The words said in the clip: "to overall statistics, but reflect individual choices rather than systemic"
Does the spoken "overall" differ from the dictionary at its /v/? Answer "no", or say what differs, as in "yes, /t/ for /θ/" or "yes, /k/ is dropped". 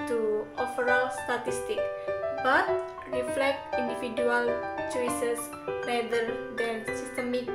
yes, /f/ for /v/